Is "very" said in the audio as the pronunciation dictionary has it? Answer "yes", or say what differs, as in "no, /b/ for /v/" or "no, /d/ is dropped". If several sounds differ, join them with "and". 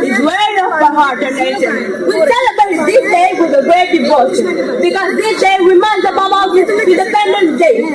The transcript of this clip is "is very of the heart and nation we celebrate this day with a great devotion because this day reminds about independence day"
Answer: no, /w/ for /v/